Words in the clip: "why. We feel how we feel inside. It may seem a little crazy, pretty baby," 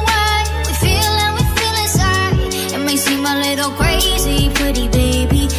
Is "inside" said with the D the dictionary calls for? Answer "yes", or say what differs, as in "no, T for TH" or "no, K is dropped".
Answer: no, D is dropped